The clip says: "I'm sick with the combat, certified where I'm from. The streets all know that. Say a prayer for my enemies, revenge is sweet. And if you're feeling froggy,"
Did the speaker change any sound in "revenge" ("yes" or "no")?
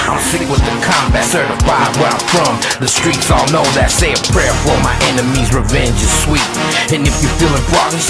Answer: no